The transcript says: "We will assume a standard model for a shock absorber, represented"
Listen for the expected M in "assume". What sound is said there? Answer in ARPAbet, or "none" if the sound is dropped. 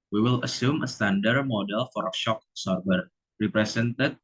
M